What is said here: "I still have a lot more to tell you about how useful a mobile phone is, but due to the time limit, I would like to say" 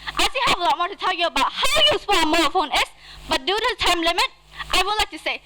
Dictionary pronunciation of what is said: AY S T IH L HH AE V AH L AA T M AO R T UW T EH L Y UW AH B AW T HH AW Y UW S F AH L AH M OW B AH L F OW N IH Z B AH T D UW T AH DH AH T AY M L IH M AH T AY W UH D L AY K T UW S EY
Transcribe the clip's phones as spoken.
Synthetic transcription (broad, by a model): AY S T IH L HH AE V AH L AA T M AO R T UW T EH L Y UW AH B AW T HH AW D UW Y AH W AH M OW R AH F OW N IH S B AH T D UW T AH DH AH T AY M L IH M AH T AY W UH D L AY K T UW S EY